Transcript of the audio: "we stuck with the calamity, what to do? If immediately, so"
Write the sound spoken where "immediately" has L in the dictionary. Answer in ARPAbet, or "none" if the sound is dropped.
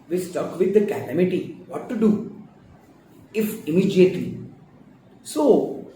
L